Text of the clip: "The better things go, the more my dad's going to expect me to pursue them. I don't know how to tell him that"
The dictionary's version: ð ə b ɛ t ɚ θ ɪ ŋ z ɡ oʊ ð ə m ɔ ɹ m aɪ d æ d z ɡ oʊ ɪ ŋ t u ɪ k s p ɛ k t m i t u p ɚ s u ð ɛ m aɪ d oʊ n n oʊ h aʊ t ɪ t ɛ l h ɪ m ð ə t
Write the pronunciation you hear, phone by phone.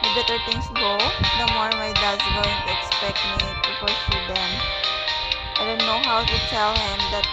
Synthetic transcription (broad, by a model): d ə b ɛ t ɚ t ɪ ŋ s ɡ oʊ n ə m ɔ ɹ m aɪ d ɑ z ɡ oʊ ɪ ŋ t u ɪ k s p ɛ k t m i t u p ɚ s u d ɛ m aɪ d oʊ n n oʊ h aʊ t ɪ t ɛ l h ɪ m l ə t